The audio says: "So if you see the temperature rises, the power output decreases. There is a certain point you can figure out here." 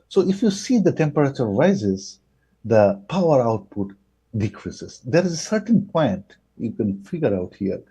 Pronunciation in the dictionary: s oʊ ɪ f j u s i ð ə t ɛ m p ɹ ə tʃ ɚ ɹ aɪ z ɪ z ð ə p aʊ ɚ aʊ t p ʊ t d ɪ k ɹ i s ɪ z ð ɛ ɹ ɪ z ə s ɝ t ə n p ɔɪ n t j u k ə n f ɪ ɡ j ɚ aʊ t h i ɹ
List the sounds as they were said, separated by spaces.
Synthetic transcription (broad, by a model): s oʊ ɪ f j u s i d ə t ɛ m p ɹ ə tʃ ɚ ɹ aɪ z ɪ z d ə p aʊ ɚ aʊ t p ʊ t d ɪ k ɹ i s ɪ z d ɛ ɹ ɪ z ə s ɝ t ə n p ɔɪ n t j u k ə n f ɪ ɡ j ɚ aʊ t h i ɹ